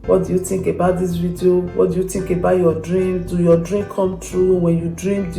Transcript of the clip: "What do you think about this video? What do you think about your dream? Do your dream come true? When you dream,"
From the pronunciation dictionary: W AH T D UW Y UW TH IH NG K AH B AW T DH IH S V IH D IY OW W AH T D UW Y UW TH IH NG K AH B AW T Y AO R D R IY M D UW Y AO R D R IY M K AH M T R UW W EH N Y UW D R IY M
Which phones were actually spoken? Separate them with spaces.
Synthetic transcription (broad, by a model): W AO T D UW Y UW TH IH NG K AH B AW T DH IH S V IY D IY OW W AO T D UW Y UW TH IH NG K AH B AW T Y AO D R IY M D UW Y AO D R IY M K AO M T R UW W EH N Y UW D R IY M